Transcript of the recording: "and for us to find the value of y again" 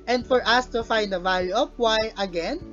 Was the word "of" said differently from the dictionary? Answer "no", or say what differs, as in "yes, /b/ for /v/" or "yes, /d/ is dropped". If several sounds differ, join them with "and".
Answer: yes, /p/ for /v/